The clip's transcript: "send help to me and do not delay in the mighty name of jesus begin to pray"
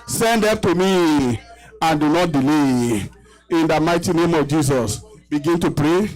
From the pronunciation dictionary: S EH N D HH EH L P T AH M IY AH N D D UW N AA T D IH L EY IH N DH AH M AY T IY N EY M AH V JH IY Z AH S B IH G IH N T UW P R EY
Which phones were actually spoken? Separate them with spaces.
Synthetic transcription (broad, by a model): S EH N D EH P T AH M IY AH N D D UW N AA T D IH L EY IH N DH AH M AY T IY N EY M AH V JH IY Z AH S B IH G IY N T UW P R EY